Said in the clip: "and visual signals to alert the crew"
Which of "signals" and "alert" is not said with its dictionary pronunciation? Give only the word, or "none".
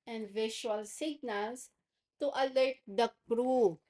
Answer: signals